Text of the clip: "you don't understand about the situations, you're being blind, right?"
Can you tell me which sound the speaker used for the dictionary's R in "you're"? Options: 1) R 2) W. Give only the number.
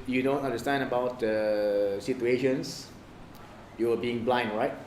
2